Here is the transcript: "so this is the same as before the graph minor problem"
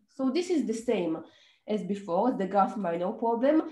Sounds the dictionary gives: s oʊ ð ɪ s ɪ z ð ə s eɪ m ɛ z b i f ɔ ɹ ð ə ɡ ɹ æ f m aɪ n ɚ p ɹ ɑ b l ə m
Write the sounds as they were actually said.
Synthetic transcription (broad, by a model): s oʊ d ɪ s ɪ z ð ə s eɪ m ɛ z b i f ɔ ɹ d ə ɡ ɑ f m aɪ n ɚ p ɹ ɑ b l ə m